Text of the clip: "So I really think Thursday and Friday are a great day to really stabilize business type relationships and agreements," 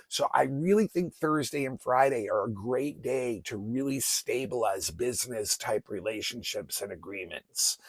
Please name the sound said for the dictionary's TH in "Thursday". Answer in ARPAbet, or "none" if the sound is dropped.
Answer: TH